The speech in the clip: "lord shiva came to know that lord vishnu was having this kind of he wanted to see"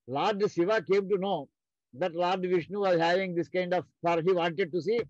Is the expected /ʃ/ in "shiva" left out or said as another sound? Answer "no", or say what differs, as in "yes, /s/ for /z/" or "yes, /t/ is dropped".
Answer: yes, /s/ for /ʃ/